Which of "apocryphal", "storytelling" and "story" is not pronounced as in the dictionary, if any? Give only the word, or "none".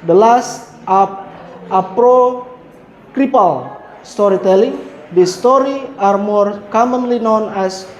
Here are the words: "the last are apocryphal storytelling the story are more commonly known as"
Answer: apocryphal